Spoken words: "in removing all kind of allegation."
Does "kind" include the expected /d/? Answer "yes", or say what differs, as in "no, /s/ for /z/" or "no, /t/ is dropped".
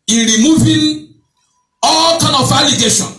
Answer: no, /d/ is dropped